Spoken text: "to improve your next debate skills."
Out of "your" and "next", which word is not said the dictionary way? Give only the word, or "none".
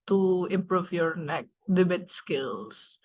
next